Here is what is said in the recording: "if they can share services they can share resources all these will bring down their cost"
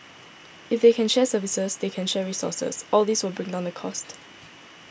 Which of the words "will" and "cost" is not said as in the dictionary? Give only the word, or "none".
none